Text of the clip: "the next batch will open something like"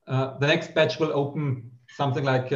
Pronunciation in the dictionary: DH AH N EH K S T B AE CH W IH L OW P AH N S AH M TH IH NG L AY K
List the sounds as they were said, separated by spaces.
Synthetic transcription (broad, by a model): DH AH N EH K S T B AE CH W IH L OW P AH N S AH M TH IH NG L AY K